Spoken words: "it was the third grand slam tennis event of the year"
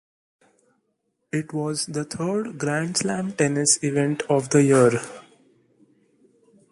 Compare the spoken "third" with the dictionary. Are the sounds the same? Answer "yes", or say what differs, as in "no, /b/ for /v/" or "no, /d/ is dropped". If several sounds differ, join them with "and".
no, /t/ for /θ/